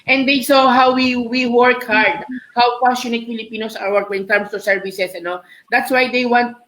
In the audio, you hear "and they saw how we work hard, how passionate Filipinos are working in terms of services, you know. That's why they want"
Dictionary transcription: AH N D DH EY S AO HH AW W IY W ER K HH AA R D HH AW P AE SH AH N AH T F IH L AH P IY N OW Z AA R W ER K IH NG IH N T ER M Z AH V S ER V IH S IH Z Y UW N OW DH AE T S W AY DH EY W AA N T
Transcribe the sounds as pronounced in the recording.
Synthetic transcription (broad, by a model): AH N D EY S AO HH AW W IY W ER K HH AA R D HH AW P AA S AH N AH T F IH L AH P IY N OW S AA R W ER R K IH N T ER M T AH S ER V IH S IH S N OW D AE T S W AY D EY W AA N T